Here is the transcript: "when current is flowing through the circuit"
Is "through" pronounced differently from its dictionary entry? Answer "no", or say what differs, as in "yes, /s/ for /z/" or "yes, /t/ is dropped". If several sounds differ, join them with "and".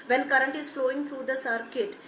yes, /t/ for /θ/